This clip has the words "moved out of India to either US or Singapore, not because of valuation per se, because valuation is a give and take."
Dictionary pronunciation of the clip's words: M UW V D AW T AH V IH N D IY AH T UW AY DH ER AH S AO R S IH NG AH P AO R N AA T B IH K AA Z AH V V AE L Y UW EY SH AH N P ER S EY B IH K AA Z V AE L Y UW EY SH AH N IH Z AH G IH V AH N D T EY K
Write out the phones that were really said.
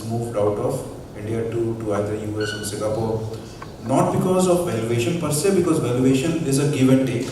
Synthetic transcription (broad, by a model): M UW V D AW T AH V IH N D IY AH T UW AY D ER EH S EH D S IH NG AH P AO R N AA T B IH K AA Z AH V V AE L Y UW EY SH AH N P ER S EY B IH K AA Z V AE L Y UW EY SH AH N IH Z AH G IH V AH N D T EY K